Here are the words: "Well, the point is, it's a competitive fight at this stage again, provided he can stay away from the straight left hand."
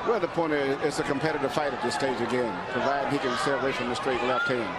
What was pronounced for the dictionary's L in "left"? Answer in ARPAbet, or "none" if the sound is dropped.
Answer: W